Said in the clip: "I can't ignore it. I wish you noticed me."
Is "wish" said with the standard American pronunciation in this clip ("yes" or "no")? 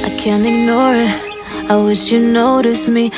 yes